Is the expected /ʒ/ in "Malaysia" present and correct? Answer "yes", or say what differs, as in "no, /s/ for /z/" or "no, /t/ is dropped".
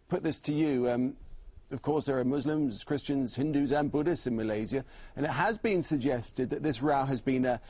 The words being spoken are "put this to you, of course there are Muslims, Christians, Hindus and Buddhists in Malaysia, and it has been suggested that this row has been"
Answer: no, /z/ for /ʒ/